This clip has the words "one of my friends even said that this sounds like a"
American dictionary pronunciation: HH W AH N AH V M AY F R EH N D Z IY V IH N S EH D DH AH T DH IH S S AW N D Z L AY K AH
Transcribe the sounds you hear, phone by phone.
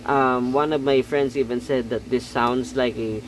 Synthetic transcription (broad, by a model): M W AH N AH V M AY F R EH N D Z IY V IH N S EH D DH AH T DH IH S S AW N D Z L AY K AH